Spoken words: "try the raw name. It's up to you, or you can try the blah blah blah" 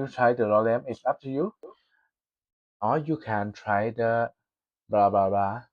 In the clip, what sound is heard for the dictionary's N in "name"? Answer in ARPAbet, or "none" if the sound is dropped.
L